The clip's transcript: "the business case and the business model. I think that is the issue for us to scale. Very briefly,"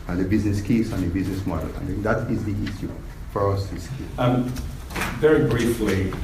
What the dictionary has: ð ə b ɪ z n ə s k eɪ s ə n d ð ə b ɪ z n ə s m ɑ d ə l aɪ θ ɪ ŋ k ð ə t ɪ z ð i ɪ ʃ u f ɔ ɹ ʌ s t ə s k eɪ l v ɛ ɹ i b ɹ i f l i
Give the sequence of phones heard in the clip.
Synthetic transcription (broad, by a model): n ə b ɪ z n ə s k eɪ s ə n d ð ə b ɪ z n ə s m ɑ d ə l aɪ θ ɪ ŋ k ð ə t ɪ z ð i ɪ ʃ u f ɔ ɹ ʌ s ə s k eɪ n v ɛ ɹ i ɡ ɹ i f l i